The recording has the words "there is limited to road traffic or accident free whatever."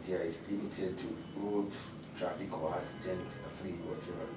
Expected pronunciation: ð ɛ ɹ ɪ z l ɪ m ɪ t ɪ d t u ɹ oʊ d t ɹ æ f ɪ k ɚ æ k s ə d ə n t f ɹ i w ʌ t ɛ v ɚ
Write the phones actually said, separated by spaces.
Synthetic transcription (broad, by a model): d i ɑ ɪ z l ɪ m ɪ t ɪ d t u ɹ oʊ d t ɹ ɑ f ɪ k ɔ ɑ s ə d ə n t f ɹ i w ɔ t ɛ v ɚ